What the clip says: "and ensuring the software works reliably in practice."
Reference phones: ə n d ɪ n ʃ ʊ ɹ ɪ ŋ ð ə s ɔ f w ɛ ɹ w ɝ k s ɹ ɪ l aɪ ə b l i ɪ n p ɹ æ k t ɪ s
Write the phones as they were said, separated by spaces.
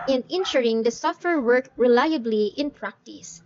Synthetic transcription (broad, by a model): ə n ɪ n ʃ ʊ ɹ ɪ ŋ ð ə s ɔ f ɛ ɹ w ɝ k ɹ ɪ l aɪ ə b l i ɪ n p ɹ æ k t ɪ s